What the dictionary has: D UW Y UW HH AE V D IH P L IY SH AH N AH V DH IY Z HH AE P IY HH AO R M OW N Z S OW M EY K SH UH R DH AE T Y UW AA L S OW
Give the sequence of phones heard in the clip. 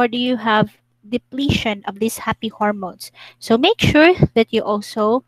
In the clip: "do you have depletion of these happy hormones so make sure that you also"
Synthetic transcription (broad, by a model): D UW Y UW HH AE V D IH P L IY SH AH N AH V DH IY S HH AE P IY HH AO R M OW N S S OW M EY K SH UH R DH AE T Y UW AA L S OW